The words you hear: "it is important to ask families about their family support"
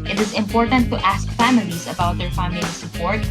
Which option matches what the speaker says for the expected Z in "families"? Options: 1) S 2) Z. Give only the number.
2